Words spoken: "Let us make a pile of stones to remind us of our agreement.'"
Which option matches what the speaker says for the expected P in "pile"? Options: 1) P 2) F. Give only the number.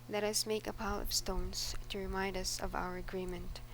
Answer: 1